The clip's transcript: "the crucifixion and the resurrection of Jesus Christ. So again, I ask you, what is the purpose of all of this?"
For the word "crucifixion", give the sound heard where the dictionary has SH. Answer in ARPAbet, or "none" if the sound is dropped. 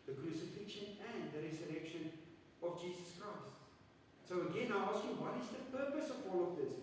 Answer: SH